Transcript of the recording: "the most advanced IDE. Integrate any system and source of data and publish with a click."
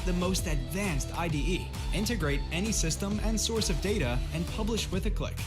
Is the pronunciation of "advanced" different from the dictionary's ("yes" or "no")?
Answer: no